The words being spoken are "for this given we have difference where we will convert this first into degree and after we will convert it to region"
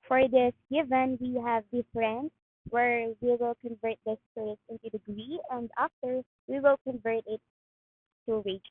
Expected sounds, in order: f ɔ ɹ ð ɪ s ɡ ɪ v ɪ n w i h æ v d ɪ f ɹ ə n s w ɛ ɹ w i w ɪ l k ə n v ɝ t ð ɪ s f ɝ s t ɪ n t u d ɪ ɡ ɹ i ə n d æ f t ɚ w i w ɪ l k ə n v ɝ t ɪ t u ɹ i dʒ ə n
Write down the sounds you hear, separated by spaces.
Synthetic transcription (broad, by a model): f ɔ ɹ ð ɪ s ɡ ɪ v ɪ n w i h æ v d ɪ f ɹ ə n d w ɛ ɹ w i w ɪ l k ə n v ɝ t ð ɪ s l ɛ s ɪ n t u d ɪ ɡ ɹ i ə n d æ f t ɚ w i w ɪ l k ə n v ɝ t ɪ t u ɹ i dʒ